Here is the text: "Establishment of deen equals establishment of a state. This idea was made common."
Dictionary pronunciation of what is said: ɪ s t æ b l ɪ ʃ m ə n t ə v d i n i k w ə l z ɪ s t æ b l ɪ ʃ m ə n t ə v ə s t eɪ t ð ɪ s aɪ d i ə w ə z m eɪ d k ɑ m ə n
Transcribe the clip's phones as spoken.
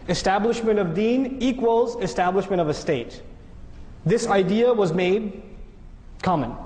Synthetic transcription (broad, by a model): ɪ s t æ b l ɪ ʃ m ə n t ə v d i n i k w ə l z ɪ s t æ b l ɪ ʃ m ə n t ə v ə s t eɪ t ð ɪ s aɪ d i ə w ə z m eɪ d k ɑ m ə n